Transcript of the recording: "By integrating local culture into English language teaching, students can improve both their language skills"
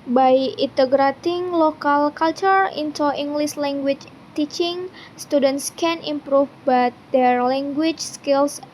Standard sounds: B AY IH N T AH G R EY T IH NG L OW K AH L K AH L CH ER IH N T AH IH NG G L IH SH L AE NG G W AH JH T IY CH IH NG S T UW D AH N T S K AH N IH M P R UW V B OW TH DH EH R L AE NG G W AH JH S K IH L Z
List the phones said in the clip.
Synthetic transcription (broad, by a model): B AY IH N T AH G R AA T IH NG L OW K AH L K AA L CH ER IH N T AH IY NG G L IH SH L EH NG G W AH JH T IY CH IH NG S T UW D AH N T S K AH N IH M P R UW F B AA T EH R L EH NG G W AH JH S K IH L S